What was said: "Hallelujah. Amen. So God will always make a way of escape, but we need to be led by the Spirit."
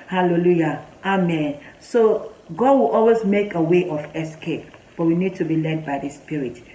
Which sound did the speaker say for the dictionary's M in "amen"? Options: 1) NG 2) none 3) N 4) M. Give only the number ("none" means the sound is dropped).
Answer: 4